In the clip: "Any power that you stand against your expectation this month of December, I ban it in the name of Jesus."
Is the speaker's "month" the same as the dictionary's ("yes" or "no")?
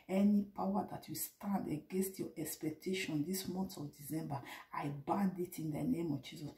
no